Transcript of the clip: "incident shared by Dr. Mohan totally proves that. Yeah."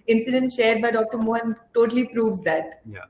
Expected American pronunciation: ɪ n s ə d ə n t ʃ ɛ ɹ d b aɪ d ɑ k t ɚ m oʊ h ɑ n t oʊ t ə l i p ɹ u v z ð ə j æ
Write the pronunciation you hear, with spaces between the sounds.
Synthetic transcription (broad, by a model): ɪ n s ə d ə n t ʃ ɛ ɹ d b aɪ d ɑ k t ɚ m oʊ h ɑ n t oʊ t ə l i p ɹ u v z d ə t